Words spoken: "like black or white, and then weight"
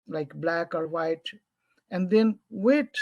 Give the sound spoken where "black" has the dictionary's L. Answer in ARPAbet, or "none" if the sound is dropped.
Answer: L